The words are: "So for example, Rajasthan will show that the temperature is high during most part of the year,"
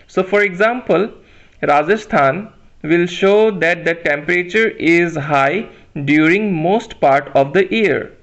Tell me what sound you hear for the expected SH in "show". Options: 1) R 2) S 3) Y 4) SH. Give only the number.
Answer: 4